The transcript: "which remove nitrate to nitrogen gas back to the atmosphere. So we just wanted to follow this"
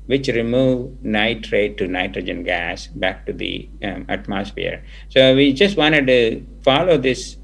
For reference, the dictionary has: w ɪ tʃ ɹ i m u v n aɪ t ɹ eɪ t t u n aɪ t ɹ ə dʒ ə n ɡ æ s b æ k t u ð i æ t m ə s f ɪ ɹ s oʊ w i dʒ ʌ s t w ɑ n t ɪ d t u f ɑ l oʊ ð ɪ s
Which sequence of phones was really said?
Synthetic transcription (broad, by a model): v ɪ tʃ ɹ i m u v n aɪ t ɹ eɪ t t u n aɪ t ɹ ə dʒ ə n ɡ æ s b æ k t u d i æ t m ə s f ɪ ɹ s oʊ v i dʒ ʌ s t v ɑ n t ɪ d t u f ɑ l oʊ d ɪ s